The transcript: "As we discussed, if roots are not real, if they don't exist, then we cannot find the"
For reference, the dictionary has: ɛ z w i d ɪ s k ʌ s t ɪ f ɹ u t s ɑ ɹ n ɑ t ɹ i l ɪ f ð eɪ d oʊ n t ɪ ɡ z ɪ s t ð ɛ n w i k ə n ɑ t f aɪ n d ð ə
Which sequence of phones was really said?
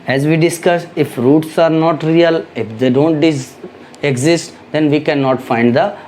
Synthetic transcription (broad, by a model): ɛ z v i d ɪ s k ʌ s ɪ f ɹ u t s ɑ ɹ n ɑ t ɹ i l ɪ f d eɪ d oʊ n t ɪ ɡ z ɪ s t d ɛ n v i k ə n ɑ t f aɪ n d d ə